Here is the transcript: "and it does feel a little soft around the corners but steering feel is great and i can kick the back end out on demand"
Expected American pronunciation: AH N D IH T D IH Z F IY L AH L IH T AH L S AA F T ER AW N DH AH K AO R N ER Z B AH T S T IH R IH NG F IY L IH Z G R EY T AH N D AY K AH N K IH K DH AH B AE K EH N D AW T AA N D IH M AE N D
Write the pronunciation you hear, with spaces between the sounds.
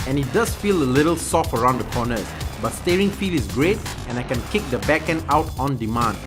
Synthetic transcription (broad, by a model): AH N IH T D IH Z F IY L AH L IH T AH L S AA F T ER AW N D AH K AO N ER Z B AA T S T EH R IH NG F IY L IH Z G R EY T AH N AY K AH N K IH K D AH B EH K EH N AW T AA N D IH M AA N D